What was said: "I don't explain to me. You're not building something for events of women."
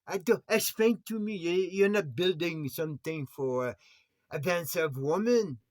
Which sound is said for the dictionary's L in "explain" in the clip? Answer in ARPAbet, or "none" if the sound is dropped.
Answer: none